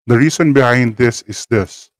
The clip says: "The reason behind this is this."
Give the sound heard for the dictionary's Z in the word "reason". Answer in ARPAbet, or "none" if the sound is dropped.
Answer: S